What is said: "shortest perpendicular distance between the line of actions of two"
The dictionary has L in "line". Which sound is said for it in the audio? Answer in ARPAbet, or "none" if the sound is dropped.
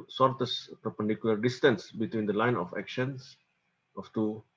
L